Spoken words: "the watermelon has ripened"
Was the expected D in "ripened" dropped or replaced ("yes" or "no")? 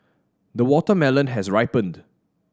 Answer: no